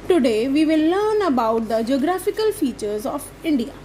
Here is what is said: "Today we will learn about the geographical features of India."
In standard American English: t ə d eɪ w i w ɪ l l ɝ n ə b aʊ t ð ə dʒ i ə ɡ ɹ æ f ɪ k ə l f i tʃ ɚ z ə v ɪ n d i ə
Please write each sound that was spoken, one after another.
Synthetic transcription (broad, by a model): t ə d eɪ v i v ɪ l l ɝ n ə b aʊ t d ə dʒ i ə ɡ ɹ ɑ f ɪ k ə l f i tʃ ɚ z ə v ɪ n d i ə